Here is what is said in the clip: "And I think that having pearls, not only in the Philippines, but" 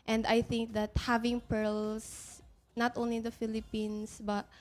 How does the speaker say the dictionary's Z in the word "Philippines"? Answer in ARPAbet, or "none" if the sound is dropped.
S